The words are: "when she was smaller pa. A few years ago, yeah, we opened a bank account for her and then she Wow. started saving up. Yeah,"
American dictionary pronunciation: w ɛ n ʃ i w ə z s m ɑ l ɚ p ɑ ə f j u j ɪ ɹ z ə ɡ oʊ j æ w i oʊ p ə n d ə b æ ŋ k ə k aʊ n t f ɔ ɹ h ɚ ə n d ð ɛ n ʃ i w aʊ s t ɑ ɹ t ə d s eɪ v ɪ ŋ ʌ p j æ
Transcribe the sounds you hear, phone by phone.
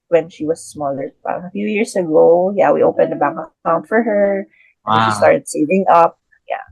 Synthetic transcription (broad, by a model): w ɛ n ʃ i w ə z s m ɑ l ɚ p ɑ ə f j u j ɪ ɹ s ə ɡ oʊ j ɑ w i oʊ p ə n d ə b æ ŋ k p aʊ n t f ɔ ɹ h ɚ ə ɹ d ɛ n ʃ i s t ɑ ɹ t ə d s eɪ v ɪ ŋ ʌ p j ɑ